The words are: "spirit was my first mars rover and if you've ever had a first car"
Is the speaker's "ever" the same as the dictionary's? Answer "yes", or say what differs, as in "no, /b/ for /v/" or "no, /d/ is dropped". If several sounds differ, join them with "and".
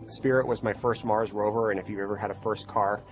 yes